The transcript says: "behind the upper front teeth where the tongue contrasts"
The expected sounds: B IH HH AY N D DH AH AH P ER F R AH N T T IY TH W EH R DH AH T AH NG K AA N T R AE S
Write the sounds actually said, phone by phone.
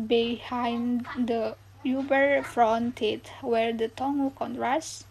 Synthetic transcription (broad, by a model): B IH HH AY N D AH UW B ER F R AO N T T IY T W EH R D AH T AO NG K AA N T R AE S